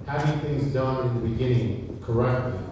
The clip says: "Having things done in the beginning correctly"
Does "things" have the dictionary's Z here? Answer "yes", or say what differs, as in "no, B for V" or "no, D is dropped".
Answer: yes